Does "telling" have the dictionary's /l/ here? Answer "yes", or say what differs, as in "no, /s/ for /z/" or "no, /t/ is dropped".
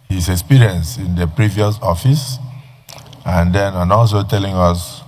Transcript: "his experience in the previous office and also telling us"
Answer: yes